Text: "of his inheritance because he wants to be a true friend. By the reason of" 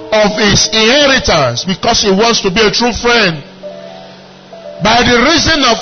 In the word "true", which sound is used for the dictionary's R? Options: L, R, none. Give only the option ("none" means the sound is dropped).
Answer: R